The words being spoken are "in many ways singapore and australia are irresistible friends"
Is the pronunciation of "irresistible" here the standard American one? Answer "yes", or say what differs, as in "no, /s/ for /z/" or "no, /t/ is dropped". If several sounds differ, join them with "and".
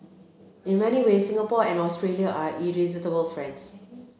no, /s/ is dropped